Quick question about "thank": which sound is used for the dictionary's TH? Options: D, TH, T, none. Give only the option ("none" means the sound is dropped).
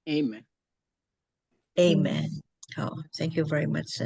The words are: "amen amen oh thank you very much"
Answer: TH